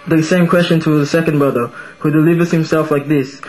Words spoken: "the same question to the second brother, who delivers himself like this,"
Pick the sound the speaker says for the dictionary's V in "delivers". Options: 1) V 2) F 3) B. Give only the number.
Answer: 1